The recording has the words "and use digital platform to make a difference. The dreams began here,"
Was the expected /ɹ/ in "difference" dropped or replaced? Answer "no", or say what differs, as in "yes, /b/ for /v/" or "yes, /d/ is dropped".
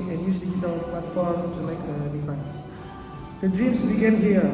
yes, /ɹ/ is dropped